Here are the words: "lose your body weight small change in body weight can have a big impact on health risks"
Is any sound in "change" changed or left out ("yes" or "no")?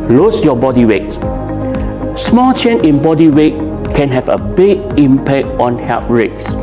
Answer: yes